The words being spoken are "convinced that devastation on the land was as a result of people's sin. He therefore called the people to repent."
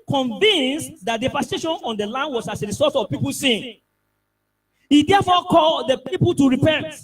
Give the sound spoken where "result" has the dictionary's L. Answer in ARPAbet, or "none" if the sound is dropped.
none